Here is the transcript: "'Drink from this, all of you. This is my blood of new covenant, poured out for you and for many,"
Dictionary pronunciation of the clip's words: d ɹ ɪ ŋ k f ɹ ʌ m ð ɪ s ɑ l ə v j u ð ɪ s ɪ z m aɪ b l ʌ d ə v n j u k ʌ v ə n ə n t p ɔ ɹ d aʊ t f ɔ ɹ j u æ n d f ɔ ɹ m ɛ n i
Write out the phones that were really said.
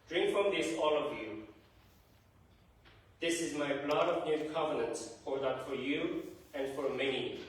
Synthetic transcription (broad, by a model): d ɹ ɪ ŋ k f ɹ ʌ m ð ɪ s ɑ l ə v j u ð ɪ s ɪ z m aɪ b l ʌ d ə v n j u k ʌ v ə n ə n t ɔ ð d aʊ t f ɔ ɹ j u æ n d f ɔ ɹ m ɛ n i